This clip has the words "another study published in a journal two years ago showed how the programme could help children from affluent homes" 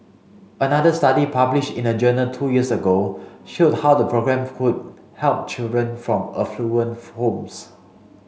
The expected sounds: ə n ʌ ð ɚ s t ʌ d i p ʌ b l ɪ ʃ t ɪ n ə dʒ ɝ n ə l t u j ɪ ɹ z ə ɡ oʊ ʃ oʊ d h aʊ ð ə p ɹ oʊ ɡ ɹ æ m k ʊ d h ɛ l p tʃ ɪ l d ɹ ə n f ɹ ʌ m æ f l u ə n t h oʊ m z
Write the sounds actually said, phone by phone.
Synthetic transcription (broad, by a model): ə n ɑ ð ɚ s t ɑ d i p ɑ b l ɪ ʃ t ɪ n ə dʒ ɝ n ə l t u j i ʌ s ə ɡ oʊ ʃ oʊ d h aʊ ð ə p ɹ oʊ ɡ ɹ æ m k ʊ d h ɛ l p tʃ ɪ l d ɹ ə n f ɹ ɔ m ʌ f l u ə n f h oʊ m s